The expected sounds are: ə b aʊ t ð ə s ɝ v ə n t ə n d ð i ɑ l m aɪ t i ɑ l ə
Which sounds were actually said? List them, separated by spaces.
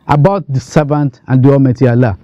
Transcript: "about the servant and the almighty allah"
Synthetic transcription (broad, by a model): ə b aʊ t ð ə s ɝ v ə n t ə n d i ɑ m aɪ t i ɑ l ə